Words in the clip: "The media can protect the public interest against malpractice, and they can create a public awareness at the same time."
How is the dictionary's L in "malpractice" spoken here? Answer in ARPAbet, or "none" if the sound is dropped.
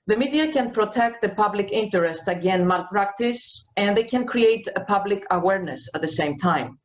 L